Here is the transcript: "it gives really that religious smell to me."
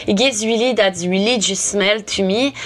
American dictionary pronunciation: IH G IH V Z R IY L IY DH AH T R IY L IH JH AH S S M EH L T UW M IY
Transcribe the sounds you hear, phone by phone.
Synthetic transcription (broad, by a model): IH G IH Z W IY L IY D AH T W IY L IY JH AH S S M EH L T UW M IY